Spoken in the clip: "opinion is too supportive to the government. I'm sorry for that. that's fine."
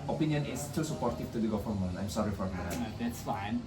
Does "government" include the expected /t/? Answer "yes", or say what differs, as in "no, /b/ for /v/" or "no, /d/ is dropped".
no, /t/ is dropped